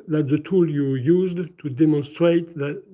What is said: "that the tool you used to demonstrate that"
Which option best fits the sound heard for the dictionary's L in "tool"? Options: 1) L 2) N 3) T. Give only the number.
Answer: 1